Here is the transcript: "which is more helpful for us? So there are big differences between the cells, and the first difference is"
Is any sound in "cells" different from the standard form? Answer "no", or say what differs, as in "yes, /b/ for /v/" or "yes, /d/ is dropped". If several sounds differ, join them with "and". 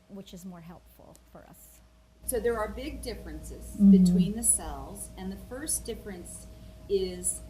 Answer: no